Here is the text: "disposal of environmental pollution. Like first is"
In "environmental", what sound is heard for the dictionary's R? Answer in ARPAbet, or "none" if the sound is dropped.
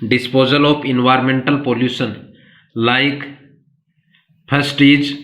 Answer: R